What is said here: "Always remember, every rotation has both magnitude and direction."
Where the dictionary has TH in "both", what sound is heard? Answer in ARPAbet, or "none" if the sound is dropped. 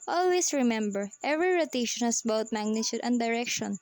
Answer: T